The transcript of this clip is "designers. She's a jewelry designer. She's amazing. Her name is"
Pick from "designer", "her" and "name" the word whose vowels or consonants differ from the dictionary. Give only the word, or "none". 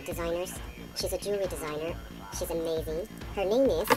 none